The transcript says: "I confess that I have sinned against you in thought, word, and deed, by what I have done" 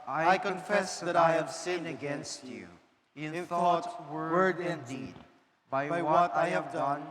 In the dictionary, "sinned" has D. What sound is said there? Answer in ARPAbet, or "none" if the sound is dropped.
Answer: none